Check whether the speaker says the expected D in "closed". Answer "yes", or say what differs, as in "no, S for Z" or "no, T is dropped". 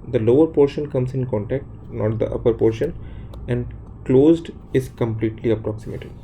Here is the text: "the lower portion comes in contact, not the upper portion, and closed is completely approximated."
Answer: yes